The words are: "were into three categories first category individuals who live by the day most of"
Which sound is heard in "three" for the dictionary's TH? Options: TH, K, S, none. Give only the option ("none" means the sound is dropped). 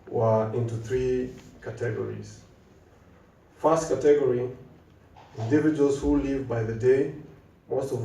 TH